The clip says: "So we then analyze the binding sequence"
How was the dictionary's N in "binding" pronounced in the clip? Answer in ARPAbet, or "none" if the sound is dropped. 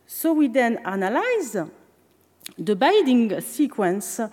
none